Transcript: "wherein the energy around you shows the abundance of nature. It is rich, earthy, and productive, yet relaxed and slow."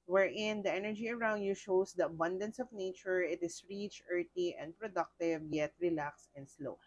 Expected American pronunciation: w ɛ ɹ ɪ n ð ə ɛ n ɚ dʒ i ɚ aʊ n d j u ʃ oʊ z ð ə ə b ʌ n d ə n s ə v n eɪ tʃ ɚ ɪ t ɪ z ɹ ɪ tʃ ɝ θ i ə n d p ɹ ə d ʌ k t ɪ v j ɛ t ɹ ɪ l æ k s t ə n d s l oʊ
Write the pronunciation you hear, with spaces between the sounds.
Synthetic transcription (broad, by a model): w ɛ ɹ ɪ n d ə ɛ n ɚ dʒ i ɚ aʊ n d j u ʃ oʊ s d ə ə b ʌ n d ə n s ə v n eɪ tʃ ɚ ɪ t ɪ s ɹ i tʃ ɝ t i ə n d p ɹ ə d ʌ k t ɪ v j ɛ t ɹ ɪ l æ k s ə n d s l oʊ